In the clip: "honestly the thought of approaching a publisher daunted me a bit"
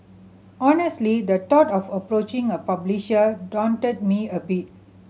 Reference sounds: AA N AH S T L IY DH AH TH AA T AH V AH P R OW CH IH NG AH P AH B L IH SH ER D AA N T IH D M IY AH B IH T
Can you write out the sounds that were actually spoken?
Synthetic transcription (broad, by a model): AA N AH S T L IY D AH T AA T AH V AH P R OW CH IH NG AH P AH B L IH SH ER D AA N T IH D M IY AH B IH T